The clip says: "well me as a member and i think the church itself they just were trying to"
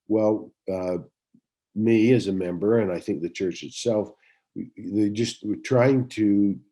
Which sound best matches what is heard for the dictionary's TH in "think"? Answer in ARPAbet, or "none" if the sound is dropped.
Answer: TH